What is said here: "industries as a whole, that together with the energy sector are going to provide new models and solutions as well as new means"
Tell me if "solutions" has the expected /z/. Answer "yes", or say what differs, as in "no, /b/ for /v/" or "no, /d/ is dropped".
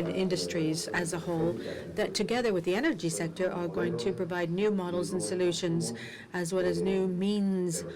yes